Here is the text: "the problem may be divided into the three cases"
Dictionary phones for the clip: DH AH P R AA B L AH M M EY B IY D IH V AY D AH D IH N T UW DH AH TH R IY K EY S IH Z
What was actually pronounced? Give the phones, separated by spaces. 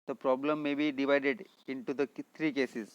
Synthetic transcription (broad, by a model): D AH P R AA B L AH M M EY B IY D IH V AY D AH D IH N T UW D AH T R IY K EY S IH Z